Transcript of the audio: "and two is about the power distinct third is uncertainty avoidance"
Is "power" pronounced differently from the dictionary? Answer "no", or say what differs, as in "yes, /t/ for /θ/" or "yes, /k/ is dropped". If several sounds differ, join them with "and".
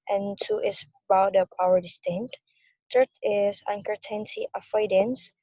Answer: no